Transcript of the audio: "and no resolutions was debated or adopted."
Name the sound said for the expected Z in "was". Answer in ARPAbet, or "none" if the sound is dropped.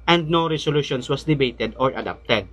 S